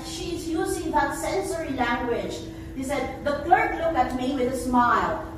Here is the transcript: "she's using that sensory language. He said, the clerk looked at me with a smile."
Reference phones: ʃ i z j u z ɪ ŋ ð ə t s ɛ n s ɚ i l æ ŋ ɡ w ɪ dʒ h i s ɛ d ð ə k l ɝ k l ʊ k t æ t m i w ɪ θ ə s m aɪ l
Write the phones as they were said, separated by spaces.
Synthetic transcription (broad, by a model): ʃ i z j u z ɪ ŋ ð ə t s ɛ n s ɚ i l æ ŋ ɡ w ɪ dʒ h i s ɛ d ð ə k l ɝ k l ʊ k æ t m i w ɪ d ə s m aɪ l